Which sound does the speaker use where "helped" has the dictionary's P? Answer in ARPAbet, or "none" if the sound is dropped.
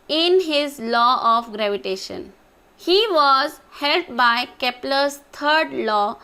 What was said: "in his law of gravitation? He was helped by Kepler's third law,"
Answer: none